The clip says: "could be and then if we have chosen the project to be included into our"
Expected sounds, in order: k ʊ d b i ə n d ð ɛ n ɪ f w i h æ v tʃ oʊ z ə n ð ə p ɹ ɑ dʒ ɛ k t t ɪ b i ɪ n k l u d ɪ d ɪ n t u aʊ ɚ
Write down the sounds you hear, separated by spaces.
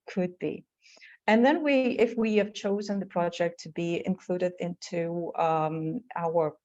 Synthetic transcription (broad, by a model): k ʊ d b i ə n ð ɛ n ɪ f w i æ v tʃ oʊ z ə n ð ə p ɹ ɑ dʒ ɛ k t t ɪ b i ɪ n k l u d ɪ d ɪ n t u aʊ ɚ